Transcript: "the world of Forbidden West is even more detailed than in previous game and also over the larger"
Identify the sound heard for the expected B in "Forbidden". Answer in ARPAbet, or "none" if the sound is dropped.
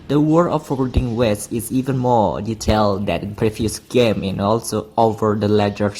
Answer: none